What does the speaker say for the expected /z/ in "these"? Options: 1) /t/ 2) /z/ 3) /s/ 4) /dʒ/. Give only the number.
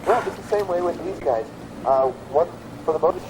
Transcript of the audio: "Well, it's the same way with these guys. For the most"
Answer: 2